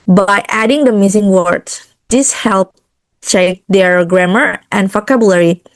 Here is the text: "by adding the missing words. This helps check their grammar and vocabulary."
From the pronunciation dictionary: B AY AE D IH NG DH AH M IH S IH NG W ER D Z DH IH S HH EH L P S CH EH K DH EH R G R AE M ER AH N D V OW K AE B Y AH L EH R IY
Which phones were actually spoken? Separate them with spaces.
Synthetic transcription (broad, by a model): B AY AE D IH NG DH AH M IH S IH NG W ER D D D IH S HH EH L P CH EH K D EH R G R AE M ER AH N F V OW K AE B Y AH L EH R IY